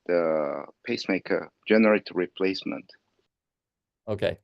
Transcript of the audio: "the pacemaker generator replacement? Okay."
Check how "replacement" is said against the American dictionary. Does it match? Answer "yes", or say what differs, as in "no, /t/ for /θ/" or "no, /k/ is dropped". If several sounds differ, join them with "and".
yes